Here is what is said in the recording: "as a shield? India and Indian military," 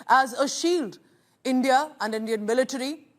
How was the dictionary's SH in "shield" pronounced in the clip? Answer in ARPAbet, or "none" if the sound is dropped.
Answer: SH